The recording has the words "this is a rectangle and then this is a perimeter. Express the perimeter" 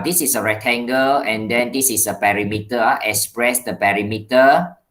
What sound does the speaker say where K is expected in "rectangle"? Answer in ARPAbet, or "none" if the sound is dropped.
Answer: none